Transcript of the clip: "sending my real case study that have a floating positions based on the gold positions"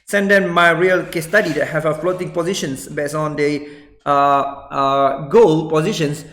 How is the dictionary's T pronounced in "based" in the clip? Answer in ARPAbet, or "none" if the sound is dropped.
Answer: none